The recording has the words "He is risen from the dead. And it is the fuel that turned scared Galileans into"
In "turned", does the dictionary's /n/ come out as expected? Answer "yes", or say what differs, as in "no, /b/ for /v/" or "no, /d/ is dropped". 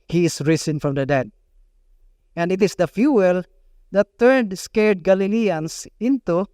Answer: no, /n/ is dropped